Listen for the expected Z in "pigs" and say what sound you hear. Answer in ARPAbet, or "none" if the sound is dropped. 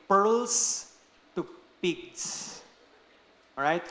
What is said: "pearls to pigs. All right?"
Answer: S